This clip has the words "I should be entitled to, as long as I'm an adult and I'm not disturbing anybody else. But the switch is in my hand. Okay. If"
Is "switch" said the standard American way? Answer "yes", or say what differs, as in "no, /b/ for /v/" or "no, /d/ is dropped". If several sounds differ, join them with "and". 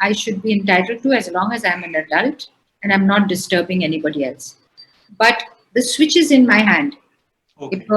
yes